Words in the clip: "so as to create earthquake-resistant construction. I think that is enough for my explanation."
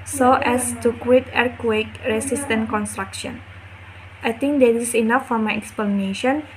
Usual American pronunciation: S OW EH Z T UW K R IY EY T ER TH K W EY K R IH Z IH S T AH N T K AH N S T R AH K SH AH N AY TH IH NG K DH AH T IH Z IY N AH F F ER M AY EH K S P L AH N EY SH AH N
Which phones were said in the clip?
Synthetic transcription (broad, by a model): S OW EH S T UW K W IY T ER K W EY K R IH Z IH S T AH N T K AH N S T R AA K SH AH N AY T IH NG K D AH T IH S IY N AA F F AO M AY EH K S P L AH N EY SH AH N